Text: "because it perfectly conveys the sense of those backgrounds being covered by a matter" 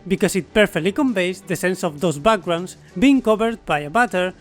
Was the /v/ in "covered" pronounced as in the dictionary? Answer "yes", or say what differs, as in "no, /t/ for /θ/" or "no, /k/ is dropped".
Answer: no, /b/ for /v/